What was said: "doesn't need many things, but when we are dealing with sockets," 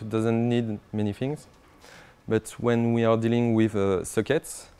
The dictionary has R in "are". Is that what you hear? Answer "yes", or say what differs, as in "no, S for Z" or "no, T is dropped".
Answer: yes